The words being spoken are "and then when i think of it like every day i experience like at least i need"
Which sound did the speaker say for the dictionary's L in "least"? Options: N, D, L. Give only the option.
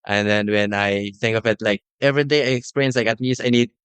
N